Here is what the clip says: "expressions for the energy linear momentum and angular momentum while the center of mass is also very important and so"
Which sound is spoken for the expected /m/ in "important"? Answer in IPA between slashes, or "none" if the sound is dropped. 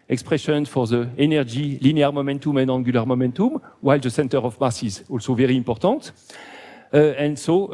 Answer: none